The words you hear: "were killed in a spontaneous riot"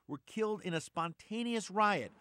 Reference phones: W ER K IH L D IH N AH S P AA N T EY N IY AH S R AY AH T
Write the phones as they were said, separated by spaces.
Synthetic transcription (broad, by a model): W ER K IH L D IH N AH S P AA N T EY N IY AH S R AY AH T